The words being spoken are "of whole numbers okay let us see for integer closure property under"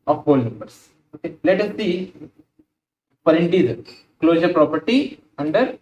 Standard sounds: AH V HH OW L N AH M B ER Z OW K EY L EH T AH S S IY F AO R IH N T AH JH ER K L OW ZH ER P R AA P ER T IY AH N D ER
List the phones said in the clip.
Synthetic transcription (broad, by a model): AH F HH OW L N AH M B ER S OW K EY L EH T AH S S IY P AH R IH N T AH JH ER K L OW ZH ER P R AA P ER T IY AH N D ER